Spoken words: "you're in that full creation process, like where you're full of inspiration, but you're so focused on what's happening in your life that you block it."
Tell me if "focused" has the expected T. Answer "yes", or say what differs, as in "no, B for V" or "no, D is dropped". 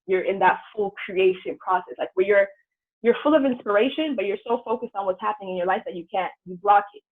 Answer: yes